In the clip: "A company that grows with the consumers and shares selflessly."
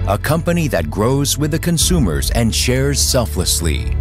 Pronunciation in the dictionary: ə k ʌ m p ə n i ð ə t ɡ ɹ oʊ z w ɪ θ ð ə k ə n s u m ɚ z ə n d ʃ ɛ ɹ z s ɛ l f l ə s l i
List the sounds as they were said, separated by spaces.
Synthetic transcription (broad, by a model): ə k ʌ m p ə n i ð ə t ɡ ɹ oʊ z w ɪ ð ə k ə n s u m ɚ z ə n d ʃ ɛ ɹ z s ɛ l f l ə s l i